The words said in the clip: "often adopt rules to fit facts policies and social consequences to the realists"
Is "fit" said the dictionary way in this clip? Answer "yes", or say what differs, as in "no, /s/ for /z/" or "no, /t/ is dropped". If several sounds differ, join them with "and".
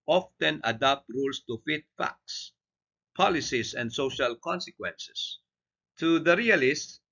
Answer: yes